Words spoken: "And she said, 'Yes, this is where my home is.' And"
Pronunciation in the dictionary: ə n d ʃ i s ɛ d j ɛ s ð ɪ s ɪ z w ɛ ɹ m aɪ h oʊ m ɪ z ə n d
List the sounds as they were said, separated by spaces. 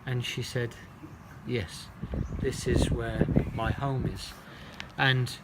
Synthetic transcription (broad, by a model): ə n ʃ i s ɛ d j ɛ s ð ɪ s ɪ z w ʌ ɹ m aɪ h oʊ m ɪ z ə n